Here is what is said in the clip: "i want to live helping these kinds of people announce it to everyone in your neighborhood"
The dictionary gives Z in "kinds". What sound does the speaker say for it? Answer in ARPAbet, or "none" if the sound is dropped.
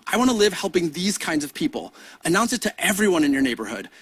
Z